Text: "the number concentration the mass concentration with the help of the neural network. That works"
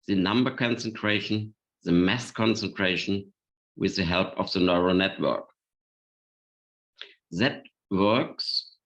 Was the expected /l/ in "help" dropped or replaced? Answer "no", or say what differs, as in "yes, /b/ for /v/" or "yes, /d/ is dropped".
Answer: no